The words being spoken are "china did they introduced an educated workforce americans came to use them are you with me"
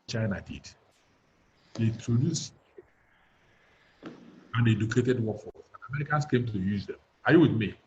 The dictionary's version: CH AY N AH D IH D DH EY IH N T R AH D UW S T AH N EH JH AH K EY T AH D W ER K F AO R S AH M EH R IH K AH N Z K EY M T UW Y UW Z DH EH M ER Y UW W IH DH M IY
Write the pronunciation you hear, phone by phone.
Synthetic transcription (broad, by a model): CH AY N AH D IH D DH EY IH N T R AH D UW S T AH N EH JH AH K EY T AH D W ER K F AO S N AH M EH R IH K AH N S K EY M T UW Y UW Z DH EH M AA Y UW W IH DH M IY